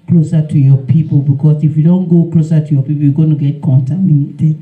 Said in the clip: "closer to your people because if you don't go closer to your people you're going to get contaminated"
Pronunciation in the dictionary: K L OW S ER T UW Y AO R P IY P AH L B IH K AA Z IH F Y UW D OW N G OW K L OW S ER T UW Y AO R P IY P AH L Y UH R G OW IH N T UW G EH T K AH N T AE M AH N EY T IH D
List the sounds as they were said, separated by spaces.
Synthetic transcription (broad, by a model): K L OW S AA T UW Y AO P IY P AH B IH K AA S IH F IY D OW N G OW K L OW S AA T UW Y AO P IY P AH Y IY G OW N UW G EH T K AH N T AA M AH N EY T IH